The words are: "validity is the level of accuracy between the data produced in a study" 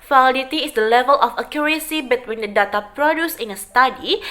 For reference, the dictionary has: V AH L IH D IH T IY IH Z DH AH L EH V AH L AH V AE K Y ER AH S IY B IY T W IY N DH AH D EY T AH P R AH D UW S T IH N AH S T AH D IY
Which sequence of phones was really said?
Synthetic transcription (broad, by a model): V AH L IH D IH T IY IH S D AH L EH V AH L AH F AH K Y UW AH S IY B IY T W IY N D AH D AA T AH P R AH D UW S IH N AH S T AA D IY